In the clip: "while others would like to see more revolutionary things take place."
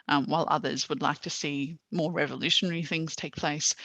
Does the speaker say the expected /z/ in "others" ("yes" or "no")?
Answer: yes